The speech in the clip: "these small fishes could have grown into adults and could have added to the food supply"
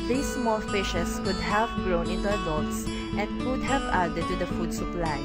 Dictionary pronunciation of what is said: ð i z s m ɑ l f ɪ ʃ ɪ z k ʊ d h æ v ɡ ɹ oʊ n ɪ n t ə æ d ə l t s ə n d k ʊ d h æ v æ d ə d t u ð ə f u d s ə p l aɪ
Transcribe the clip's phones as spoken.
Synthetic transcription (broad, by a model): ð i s m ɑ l f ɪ ʃ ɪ s k ʊ d h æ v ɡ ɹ oʊ n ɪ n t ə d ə t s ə n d k ʊ d h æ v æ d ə t u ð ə f u d s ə p l aɪ